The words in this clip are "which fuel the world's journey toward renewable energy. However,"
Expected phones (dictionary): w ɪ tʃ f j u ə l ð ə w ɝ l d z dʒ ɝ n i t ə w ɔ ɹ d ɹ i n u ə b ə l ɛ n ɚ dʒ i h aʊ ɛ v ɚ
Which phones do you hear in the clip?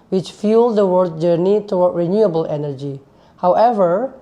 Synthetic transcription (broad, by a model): w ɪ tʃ f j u l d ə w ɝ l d dʒ ɝ n i t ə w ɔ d ɹ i n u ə b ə l ɛ n ɚ dʒ i h aʊ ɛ v ɚ